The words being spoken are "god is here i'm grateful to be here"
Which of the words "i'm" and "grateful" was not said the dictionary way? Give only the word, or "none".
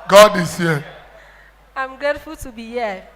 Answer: grateful